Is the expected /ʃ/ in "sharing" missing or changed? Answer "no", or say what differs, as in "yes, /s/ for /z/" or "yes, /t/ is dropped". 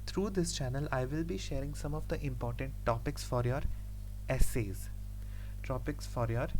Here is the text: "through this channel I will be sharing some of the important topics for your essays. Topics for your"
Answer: no